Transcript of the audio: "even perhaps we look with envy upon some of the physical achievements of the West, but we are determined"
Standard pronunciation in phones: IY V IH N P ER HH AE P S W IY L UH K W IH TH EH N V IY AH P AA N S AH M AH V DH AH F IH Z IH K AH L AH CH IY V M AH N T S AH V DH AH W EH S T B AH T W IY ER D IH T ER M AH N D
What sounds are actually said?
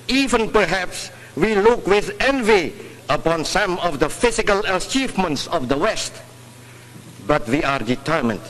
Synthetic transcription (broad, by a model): IY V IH N P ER HH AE P S W IY L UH K W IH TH EH N V IY AH P AA N S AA M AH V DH AH F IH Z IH K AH L AH CH IY V M AH N T S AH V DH AH W EH S T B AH T W IY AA D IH T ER M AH N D